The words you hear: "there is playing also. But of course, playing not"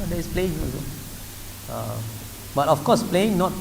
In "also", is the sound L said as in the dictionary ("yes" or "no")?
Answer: no